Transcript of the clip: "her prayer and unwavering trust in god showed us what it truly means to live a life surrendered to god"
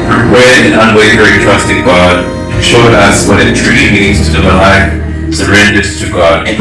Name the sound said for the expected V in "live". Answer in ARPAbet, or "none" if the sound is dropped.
none